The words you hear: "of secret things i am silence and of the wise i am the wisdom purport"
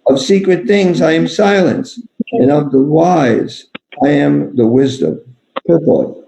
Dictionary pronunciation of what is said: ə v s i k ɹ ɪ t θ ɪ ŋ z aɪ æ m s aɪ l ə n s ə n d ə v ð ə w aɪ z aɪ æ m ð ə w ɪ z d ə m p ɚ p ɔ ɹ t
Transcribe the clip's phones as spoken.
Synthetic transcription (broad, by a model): ə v s i k ɹ ɪ t θ ɪ ŋ z aɪ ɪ m s aɪ l ə n s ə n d ə v ð ə w aɪ z aɪ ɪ m ð ə w ɪ z d ə m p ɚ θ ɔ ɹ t